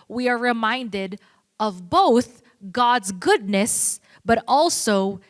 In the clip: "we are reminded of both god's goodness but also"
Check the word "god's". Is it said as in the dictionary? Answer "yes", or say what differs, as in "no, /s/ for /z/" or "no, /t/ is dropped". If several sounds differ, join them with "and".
yes